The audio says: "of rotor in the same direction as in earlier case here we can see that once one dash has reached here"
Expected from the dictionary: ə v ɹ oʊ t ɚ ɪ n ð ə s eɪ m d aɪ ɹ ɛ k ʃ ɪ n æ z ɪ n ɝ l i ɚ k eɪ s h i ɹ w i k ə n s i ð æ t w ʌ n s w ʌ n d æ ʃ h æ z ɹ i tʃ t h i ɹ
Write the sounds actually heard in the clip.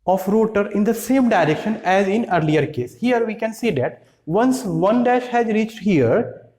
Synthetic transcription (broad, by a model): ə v ɹ oʊ t ɚ ɪ n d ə s eɪ m d aɪ ɹ ɛ k ʃ ɪ n æ z ɪ n ɝ l i ɚ k eɪ s h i ɹ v i k ə n s i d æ t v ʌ n s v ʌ n d æ ʃ h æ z ɹ i tʃ t h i ɹ